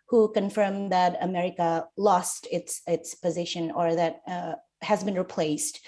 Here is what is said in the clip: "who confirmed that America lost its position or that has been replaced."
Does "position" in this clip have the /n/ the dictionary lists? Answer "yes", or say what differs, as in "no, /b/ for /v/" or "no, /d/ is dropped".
yes